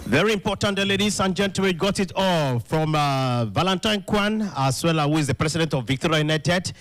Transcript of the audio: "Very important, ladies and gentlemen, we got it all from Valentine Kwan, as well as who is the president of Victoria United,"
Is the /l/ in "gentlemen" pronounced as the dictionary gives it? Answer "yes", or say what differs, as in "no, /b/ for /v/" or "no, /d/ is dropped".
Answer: no, /l/ is dropped